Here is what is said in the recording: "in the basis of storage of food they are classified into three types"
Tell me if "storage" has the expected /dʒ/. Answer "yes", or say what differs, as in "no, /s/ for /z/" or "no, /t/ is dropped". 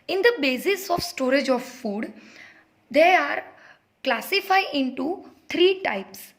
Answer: yes